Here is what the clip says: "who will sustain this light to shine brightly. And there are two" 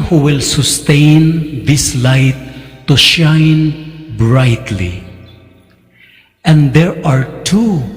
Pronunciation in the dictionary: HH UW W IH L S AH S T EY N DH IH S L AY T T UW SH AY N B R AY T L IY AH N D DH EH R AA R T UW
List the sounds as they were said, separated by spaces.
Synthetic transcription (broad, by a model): HH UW W IH L S AH S T EY N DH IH S L AY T T UW SH AY N B R AY T L IY AH N D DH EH R AA R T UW